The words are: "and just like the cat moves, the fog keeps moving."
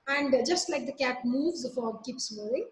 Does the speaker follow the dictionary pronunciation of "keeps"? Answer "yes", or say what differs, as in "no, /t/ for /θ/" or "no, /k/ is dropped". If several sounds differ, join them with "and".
yes